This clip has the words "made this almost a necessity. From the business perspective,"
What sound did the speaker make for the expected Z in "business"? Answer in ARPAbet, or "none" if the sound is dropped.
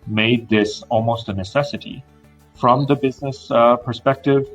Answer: Z